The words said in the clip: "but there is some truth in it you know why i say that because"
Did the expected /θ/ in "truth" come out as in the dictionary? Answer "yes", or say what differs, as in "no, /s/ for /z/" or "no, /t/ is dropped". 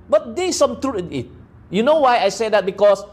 no, /t/ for /θ/